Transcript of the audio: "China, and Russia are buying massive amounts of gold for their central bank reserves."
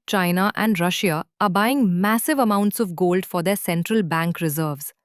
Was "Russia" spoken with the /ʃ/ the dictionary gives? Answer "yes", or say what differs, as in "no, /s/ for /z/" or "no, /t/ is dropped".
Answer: yes